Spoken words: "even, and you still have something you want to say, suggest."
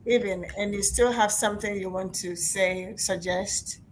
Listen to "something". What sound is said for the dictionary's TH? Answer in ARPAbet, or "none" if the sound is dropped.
TH